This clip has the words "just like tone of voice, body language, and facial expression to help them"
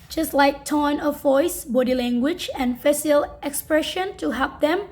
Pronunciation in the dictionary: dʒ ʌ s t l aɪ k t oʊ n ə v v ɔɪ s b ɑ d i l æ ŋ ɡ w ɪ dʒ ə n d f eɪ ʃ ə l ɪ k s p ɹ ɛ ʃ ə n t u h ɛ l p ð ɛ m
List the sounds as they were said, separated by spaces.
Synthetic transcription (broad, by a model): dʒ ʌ s t l aɪ k t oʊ n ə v v ɔɪ s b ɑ d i l æ ŋ ɡ w ɪ dʒ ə n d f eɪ s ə l ɪ k s p ɹ ɛ ʃ ə n t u h ɛ l p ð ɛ m